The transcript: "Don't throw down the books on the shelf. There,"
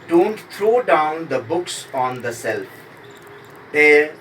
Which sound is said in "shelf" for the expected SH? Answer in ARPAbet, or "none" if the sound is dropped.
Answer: S